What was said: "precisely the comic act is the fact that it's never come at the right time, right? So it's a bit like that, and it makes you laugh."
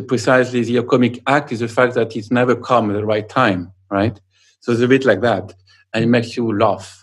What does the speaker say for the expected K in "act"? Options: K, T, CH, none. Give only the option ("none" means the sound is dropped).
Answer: K